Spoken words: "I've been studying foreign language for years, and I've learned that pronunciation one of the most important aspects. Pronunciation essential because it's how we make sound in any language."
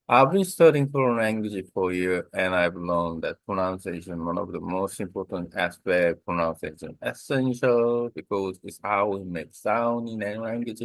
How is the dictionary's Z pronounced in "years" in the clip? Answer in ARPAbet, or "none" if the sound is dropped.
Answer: none